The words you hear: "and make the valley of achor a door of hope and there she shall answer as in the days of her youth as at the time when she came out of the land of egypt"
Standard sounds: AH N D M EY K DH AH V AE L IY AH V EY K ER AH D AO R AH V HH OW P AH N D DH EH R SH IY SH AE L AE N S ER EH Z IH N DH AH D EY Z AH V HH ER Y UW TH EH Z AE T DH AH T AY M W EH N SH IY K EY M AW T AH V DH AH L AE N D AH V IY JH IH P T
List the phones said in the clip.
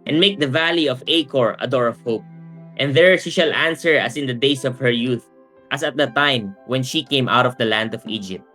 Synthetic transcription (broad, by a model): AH N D M EY K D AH V AE L IY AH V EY K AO AH D AO R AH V HH OW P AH N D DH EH R SH IY SH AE L AE N S ER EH S IH N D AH D EY S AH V HH ER Y UW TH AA S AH T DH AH T AY M W EH N SH IY K EY M AW T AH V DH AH L AE N D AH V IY JH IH P T